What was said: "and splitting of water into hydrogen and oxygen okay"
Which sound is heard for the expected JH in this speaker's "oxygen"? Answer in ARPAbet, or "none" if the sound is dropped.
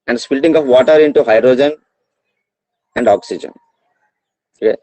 JH